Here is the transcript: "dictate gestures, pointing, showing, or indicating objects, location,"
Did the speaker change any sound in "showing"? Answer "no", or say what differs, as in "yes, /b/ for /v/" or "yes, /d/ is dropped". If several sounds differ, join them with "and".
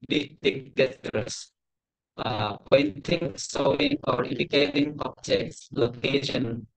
yes, /s/ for /ʃ/